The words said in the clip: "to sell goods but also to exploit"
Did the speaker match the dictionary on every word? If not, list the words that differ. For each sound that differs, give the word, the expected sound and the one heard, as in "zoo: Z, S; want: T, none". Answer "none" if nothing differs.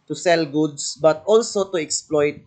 goods: Z, S